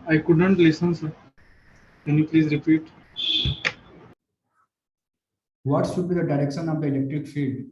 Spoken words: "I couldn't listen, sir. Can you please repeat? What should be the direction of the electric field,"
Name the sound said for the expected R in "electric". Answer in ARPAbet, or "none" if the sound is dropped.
R